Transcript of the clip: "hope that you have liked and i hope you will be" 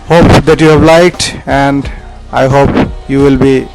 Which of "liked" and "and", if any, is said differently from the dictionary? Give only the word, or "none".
none